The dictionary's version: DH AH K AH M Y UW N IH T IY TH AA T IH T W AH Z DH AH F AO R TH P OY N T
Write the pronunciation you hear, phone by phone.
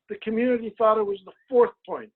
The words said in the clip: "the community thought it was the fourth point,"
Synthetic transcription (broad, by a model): DH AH K AH M Y UW N IH T IY TH AA T IH T W AH Z DH AH F AO R TH P OY N T